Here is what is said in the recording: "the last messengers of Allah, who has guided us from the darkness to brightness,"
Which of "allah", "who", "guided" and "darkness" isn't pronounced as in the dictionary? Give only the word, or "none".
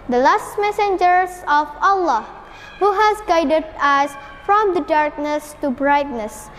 none